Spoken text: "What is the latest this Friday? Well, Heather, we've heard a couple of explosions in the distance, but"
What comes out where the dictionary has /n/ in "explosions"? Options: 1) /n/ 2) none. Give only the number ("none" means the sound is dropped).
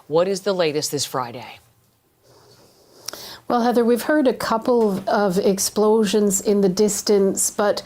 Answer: 1